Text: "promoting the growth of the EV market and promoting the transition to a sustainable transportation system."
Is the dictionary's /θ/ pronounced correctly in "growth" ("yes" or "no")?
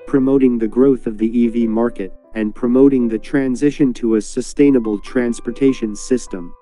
yes